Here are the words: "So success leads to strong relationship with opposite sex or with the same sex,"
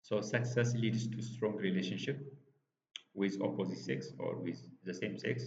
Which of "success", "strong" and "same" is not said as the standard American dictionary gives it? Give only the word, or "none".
none